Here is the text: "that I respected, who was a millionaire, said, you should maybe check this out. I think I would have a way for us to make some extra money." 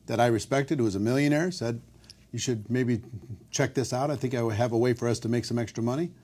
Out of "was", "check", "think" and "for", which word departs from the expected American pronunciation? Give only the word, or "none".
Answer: none